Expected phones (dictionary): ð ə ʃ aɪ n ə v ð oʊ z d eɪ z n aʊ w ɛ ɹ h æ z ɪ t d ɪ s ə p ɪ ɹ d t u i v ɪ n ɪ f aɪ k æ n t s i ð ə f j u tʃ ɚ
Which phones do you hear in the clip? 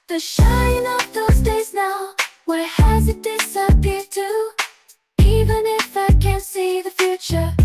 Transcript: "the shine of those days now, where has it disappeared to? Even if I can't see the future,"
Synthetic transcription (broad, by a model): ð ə ʃ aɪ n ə f ð oʊ z d eɪ z n aʊ w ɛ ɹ h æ z ɪ t d ɪ s ə p ɪ ɹ d t u i v ɪ n ɪ f aɪ k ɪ n s i ð ə f j u tʃ ɚ